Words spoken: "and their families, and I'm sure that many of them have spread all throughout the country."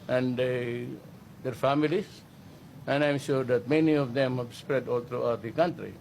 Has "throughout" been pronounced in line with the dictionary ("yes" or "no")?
no